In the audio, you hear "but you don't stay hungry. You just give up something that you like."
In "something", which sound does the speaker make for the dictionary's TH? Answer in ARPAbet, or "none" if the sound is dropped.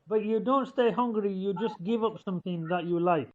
TH